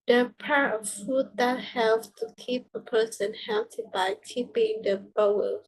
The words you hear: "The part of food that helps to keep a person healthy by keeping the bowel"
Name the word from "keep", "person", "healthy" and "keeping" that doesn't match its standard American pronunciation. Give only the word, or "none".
healthy